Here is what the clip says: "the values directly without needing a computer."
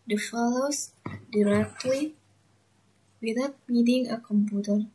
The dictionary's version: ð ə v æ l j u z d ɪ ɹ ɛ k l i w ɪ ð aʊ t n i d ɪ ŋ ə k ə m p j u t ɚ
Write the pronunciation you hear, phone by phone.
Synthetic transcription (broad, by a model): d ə f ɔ l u s d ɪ ɹ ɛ k l i w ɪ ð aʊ t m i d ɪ ŋ ə k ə m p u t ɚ